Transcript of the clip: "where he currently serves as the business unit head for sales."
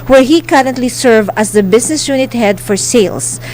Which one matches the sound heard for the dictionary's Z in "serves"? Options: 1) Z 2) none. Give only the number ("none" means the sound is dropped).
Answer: 2